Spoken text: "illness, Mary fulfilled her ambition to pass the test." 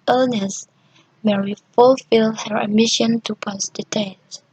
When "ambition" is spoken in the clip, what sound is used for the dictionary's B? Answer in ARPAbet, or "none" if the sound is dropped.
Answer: none